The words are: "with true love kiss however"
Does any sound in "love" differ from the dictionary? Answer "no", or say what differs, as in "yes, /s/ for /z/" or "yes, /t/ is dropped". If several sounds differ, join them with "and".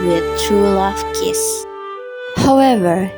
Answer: yes, /f/ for /v/